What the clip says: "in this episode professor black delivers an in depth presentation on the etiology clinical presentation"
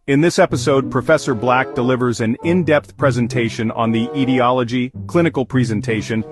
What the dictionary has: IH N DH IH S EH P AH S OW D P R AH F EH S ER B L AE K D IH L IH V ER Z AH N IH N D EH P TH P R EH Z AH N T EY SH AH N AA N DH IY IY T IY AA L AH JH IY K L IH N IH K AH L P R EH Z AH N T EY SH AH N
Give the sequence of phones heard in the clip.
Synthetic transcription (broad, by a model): IH N DH IH S EH P AH S OW D P R AH F EH S ER B L AE K D IH L IH V ER Z AH N IH N D EH P TH P R EH Z AH N T EY SH AH N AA N DH IY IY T IY AA L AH JH IY K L IH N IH K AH L P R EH Z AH N T EY SH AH N